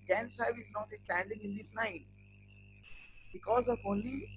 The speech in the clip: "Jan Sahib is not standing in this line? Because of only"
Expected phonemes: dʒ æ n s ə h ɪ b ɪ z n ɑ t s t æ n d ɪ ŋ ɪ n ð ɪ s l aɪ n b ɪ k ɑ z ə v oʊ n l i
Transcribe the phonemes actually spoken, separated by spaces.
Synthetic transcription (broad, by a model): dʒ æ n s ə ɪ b ɪ z n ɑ t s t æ n d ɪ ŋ ɪ n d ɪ s n aɪ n b ɪ k ɑ z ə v oʊ n l i